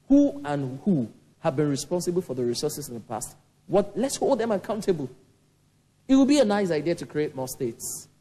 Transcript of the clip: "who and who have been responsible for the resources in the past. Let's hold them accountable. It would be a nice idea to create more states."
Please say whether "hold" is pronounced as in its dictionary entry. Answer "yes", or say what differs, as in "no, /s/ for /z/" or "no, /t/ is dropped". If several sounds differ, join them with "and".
yes